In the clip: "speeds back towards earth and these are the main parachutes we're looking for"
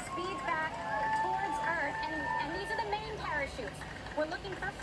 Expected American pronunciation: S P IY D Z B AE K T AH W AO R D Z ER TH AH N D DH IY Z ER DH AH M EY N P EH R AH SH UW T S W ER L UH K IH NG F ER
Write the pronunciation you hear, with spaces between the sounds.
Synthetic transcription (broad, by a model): S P IY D B AE K T AH W AO R D Z ER TH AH N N DH IY Z ER DH AH M EY N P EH R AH SH UW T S W ER L UH K IH NG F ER